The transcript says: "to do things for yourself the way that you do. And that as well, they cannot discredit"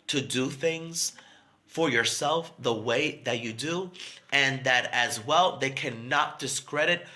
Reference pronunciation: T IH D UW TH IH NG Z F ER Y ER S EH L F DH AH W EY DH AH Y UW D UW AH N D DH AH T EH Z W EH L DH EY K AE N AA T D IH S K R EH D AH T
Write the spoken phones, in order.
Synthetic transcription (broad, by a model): T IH D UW TH IH NG Z F ER Y ER S EH L F DH AH W EY DH AH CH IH D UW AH N DH AH T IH Z W EH L DH EY K AE N AA T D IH S K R EH D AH T